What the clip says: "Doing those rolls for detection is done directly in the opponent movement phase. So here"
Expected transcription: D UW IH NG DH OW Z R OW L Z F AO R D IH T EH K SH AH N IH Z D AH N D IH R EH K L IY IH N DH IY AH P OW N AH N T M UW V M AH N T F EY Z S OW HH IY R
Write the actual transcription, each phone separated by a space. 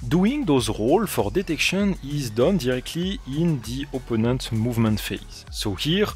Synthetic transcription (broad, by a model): D UW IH NG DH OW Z R OW L F AO R D IH T EH K SH AH N IH Z D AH N D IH R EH K L IY IH N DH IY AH P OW N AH N T M UW V M AH N T F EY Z S OW HH IY R